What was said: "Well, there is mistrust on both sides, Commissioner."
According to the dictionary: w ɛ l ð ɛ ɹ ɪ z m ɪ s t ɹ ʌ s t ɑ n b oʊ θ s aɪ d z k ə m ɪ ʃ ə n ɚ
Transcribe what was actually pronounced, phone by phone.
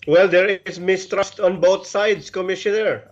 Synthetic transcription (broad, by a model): w ɛ l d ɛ ɹ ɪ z m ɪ s t ɹ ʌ s t ɑ n b oʊ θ s aɪ d s k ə m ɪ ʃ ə n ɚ